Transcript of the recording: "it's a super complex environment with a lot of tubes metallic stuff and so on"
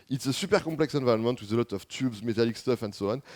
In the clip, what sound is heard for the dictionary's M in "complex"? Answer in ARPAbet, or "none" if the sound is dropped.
none